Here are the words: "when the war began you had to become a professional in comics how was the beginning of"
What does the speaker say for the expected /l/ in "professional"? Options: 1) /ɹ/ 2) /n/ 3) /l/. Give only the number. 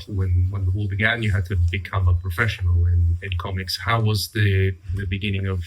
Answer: 2